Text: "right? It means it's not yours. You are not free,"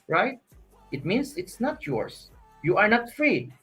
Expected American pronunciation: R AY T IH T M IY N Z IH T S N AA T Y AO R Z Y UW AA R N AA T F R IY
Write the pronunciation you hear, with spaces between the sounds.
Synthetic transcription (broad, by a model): R AY T IH T M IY N S IH T S N AA T Y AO R S Y UW AA R N AA T F R IY